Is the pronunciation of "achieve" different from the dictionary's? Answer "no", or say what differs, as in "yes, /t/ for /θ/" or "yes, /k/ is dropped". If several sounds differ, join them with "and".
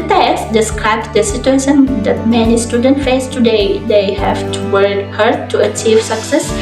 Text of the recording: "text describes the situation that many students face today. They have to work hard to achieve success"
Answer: no